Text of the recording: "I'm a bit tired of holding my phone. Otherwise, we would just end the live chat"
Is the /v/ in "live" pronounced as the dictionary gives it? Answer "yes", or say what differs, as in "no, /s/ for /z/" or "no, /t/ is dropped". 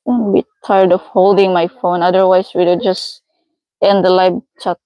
no, /b/ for /v/